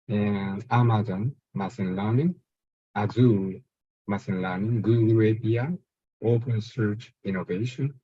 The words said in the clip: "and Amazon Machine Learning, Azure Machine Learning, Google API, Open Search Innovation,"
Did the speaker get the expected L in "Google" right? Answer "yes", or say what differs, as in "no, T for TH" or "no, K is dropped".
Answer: no, W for L